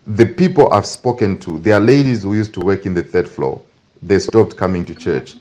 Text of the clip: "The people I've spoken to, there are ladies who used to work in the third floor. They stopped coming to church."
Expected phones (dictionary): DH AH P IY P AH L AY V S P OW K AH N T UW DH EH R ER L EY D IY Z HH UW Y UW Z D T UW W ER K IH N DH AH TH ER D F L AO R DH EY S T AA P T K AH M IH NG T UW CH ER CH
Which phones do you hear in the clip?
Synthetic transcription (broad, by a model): DH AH P IY P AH L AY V S P OW K AH N T UW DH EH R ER L EY D IY Z HH UW Y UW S T UW W ER K IH N DH AH TH ER D F L AO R DH EY S T AA P T K AH M IH NG T UW CH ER CH